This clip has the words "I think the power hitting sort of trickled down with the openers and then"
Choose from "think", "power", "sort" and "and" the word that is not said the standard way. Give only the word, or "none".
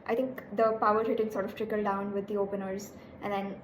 think